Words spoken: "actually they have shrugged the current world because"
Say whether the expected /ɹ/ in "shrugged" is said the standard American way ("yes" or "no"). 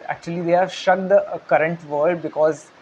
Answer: no